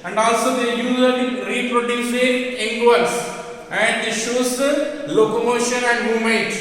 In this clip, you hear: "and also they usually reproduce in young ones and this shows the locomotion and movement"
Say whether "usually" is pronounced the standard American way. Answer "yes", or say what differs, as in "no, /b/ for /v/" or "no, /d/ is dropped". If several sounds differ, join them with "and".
no, /z/ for /ʒ/